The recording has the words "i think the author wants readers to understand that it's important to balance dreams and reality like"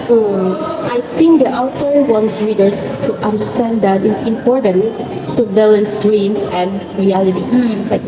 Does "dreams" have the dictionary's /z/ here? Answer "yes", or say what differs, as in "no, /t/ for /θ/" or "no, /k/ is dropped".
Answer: no, /s/ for /z/